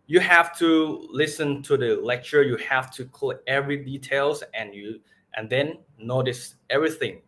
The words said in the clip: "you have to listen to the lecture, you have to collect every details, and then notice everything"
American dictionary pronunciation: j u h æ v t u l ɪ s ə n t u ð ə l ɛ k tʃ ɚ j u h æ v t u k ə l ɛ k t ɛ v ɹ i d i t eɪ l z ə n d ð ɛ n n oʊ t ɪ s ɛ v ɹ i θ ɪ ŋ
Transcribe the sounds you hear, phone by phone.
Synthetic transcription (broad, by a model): j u h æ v t u l ɪ s ə n t u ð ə l ɛ k tʃ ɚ j u h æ f t u k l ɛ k ɛ v ɹ i d i t eɪ l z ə n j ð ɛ n n oʊ t ɪ s ɛ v ɹ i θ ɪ ŋ